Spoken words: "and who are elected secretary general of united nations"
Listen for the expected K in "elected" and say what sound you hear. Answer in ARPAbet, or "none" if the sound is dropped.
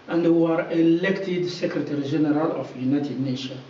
K